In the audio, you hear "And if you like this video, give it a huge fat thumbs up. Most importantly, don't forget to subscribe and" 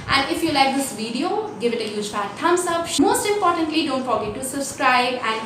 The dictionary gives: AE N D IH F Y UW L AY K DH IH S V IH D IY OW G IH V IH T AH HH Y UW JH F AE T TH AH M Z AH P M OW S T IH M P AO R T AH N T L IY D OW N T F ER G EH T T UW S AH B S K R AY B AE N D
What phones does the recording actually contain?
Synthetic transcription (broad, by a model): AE N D IH F Y UW L AY K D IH S V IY D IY OW G IH V IH T AH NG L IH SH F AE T T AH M S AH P M OW S T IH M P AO R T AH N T L IY D OW N T F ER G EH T T UW S AH B S K R AY B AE N D